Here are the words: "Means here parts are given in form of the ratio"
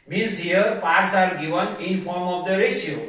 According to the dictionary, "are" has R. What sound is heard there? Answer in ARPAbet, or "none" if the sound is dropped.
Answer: L